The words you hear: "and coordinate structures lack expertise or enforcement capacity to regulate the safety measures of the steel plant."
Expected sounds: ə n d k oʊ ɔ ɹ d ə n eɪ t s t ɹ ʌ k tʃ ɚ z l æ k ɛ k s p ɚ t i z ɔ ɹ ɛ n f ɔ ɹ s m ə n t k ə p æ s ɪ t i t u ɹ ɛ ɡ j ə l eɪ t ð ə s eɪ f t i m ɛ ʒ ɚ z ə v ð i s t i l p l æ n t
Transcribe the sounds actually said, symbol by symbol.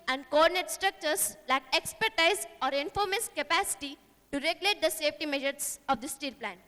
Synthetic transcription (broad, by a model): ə n d k oʊ ɔ ɹ d ə n eɪ t s t ɹ ʌ k tʃ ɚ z l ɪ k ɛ k s p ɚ t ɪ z ɔ ɹ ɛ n f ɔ ɹ m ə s k ə p æ s ɪ t i t u ɹ ɛ ɡ j ə l eɪ t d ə s eɪ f t i m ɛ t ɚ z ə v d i s t i l p l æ n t